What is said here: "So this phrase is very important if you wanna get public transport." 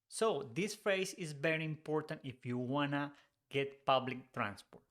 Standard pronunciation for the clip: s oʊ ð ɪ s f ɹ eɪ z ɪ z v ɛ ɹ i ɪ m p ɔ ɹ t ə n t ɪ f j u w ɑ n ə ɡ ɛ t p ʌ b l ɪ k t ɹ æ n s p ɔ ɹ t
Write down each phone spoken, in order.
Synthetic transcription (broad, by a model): s oʊ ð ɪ s f ɹ eɪ s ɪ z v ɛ ɹ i ɪ m p ɔ ɹ t ə n t ɪ f j u w ɑ n ə ɡ ɛ t p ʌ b l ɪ k t ɹ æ n s p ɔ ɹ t